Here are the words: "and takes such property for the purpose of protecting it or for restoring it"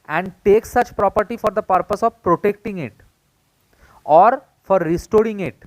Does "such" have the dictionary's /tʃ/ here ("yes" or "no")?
yes